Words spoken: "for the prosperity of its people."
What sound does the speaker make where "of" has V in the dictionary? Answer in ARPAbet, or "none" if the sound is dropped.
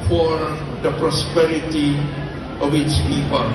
W